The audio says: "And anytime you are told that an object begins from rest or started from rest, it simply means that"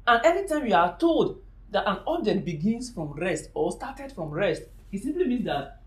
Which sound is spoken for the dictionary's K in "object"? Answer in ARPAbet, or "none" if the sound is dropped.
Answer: none